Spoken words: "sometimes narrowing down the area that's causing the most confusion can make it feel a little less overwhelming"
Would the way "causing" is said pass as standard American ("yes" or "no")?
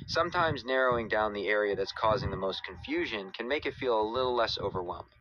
yes